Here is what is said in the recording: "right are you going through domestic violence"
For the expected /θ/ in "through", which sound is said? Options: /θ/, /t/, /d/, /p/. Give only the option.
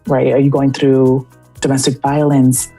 /θ/